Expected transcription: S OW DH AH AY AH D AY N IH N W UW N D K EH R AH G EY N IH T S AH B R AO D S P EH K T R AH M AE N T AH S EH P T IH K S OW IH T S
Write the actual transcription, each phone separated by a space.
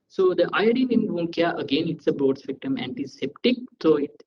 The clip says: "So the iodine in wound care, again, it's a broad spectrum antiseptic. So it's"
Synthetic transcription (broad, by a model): S OW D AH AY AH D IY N IH N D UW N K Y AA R AH G EY N IH T S AH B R AO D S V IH K T AH M AE N T AH S EH P T IH K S OW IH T